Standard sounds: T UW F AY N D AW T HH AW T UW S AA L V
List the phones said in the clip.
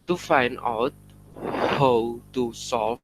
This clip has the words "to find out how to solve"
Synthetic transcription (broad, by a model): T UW F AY N AW T HH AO T UW S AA